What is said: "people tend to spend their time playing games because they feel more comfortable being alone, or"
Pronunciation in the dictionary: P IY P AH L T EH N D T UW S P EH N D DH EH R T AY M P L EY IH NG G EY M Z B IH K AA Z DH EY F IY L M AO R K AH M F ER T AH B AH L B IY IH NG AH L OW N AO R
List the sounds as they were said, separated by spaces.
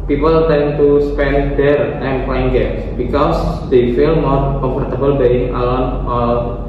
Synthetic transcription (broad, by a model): P IY P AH L T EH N T UW S P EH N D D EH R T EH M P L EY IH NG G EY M S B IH K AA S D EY F IY L M AO R K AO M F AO T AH B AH L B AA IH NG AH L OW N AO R